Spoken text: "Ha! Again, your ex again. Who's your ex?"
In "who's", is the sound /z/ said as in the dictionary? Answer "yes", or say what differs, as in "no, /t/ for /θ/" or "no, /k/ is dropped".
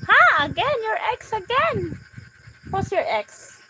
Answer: no, /s/ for /z/